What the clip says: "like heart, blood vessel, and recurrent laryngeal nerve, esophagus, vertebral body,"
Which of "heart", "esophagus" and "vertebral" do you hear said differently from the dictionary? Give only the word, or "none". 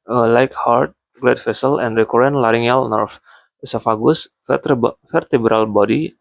vertebral